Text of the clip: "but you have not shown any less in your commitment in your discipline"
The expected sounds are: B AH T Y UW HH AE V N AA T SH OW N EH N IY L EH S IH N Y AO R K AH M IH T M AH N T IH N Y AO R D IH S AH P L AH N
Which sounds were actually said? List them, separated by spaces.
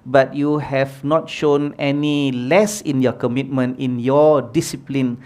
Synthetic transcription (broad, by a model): B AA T Y UW HH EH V N AA T SH OW N EH N IY L EH S IH N Y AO K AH M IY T M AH N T IH N Y AO D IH S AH P L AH N